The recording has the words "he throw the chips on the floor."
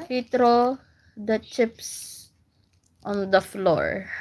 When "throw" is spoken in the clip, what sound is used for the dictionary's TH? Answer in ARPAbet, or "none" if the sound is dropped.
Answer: T